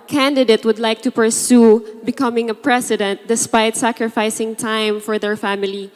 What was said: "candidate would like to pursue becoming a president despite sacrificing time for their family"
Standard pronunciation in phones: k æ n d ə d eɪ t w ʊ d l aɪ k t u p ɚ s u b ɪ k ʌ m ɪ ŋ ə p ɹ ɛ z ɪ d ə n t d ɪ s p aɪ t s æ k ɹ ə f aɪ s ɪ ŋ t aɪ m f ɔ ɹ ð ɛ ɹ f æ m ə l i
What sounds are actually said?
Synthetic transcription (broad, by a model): k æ n d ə d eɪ t w ʊ d l aɪ k t u p ɚ s u b ɪ k ʌ m ɪ ŋ ə p ɹ ɛ s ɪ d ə n t d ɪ s p aɪ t s æ k ɹ ə f aɪ s ɪ ŋ t aɪ m f ɔ ɹ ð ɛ ɹ f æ m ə l i